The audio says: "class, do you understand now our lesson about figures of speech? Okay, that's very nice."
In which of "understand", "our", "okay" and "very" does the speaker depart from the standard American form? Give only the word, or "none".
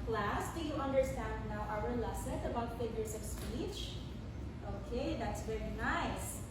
none